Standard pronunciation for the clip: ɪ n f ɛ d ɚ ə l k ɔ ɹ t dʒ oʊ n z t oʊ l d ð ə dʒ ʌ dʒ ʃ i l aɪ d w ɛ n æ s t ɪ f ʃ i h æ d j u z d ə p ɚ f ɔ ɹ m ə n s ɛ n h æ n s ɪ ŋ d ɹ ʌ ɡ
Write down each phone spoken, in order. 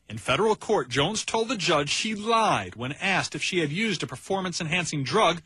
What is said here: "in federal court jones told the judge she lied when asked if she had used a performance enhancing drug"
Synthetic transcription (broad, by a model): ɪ n f ɛ d ɚ l k ɔ ɹ t dʒ oʊ n z t oʊ l d ð ə dʒ ʌ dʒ ʃ i l aɪ d w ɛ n æ s t ɪ f ʃ i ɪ d j u z d ə p ɚ f ɔ ɹ m ə n s ɛ n h æ n s ɪ ŋ d ɹ ʌ ɡ